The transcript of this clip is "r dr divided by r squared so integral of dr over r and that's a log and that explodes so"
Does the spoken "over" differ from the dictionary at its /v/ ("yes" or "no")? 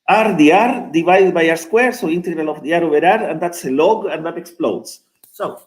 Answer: yes